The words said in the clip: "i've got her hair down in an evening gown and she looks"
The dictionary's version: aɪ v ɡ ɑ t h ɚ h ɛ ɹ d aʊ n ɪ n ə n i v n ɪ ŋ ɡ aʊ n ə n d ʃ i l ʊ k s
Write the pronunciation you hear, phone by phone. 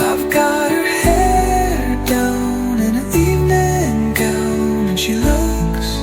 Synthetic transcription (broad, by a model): aɪ v ɡ ɑ t h ɚ h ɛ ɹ d aʊ n ɪ n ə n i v n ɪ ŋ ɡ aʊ ə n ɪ ʃ i l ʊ k s